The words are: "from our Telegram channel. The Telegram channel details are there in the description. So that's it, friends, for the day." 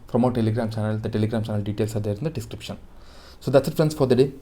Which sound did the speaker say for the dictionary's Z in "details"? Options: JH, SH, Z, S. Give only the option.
S